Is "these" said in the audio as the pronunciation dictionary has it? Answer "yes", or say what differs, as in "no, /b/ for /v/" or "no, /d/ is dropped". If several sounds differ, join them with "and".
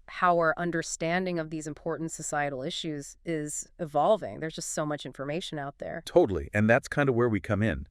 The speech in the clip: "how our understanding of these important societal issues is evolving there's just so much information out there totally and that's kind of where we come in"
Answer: yes